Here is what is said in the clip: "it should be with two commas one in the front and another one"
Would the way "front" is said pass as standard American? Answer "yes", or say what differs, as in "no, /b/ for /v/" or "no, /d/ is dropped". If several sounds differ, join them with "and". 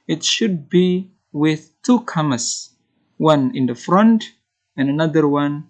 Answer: yes